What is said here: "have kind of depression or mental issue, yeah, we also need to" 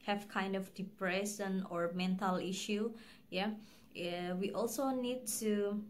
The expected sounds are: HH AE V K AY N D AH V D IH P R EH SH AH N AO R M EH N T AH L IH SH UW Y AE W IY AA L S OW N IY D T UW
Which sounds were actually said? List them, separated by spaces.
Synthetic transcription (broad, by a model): HH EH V K AY N D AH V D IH P R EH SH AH N AO R M EH N T AH L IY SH UW Y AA W IY AA L S OW N IY D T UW